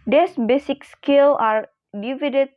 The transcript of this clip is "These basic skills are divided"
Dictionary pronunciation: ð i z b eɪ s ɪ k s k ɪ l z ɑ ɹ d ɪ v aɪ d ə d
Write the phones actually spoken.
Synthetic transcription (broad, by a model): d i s b eɪ s ɪ k s k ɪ l ɑ ɹ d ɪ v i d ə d